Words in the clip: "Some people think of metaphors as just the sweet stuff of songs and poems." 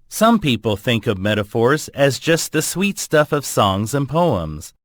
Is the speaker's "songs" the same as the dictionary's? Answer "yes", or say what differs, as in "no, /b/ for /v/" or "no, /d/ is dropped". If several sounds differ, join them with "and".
yes